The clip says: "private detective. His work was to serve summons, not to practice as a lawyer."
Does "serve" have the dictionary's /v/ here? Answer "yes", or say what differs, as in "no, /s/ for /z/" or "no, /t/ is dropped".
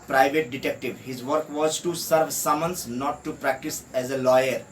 yes